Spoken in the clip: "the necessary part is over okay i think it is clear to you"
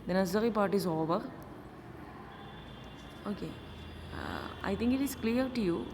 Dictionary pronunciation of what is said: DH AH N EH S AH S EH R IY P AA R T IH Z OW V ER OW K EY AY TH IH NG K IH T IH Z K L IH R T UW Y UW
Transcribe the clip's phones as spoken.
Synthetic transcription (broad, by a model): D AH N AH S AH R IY P AA R T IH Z OW V ER OW K EY AY T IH NG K IH T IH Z K L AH R T UW Y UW